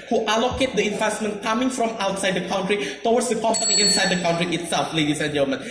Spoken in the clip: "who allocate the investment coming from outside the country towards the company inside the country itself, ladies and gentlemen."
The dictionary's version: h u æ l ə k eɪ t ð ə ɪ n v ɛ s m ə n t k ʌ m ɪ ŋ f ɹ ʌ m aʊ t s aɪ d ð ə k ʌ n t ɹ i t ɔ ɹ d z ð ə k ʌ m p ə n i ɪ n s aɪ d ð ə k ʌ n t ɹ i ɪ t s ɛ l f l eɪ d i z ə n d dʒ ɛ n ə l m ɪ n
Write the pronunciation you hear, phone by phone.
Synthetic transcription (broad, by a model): h u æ l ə k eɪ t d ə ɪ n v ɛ s m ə n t k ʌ m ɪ ŋ f ɹ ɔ m aʊ t s aɪ d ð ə k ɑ n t ɹ i t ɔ w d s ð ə k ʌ m p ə n i ɪ n s aɪ d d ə k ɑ n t ɹ i ɪ t s ɛ l f l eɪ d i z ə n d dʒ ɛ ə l m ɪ n